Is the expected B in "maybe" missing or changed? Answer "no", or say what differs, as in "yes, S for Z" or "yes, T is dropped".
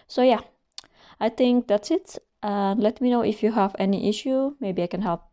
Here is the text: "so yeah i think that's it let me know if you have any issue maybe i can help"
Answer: no